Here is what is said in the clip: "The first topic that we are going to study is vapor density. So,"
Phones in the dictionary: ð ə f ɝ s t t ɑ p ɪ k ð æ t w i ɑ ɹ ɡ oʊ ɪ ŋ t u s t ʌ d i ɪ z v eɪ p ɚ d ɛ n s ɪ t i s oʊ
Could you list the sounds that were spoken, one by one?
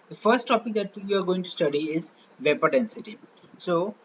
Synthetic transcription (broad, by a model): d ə f ɝ s t t ɑ p ɪ k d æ t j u ɑ ɹ ɡ oʊ ɪ ŋ t u s t ʌ d i ɪ z v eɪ p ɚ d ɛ n s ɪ t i s oʊ